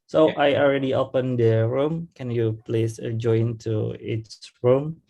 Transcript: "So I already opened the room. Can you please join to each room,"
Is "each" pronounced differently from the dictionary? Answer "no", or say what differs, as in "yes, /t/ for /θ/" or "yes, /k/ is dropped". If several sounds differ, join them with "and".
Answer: yes, /s/ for /tʃ/